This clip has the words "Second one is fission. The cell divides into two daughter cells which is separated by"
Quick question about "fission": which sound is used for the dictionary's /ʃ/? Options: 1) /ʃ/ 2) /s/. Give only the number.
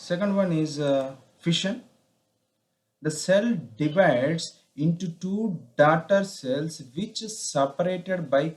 1